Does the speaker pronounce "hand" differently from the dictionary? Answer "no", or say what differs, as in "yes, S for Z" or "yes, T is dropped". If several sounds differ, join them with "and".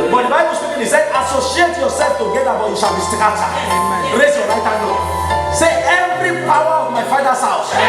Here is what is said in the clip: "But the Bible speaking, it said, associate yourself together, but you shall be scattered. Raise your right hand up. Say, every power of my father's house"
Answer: yes, D is dropped